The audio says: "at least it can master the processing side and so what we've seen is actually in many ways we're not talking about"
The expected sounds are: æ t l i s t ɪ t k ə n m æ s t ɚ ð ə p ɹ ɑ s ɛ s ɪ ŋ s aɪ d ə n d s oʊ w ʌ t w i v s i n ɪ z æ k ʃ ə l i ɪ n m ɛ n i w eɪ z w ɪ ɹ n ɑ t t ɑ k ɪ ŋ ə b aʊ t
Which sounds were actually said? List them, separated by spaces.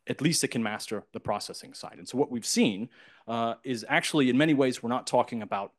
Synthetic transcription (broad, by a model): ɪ t l i s t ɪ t k n m æ s t ɚ ð ə p ɹ ɑ s ɛ s ɪ ŋ s aɪ d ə n s oʊ w ʌ t w i v s i n ɪ z æ k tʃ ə l i ɪ n m ɛ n i w eɪ z w ɪ ɹ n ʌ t t ɑ k ɪ ŋ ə b aʊ t